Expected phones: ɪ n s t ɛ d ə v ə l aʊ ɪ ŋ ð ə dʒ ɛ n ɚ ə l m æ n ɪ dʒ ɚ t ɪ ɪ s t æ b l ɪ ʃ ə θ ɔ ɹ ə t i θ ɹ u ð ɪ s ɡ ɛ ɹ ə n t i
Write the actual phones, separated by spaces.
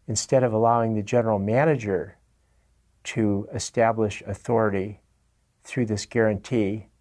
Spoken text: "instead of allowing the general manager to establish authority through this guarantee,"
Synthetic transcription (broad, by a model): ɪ n s t ɛ d ə v ə l aʊ ɪ ŋ ð ə dʒ ɛ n ɚ l m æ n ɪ dʒ ɚ t ɪ ɪ s t æ b l ɪ ʃ ə θ ɔ ɹ ə t i θ ɹ u ð ɪ s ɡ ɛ ɹ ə n t i